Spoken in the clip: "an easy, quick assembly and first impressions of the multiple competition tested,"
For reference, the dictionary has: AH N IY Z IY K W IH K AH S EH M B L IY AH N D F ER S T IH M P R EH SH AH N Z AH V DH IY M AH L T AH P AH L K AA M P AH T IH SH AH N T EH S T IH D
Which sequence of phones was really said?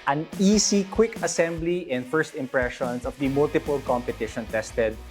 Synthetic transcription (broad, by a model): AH N IY S IY K W IH K AH S EH M B L IY AH N D F ER S T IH M P R EH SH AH N S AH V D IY M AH L T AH P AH L K AA M P AH T IH SH AH N T EH S T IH D